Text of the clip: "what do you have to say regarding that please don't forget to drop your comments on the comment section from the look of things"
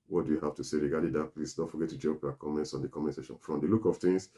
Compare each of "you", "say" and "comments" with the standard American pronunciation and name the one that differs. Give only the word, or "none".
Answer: none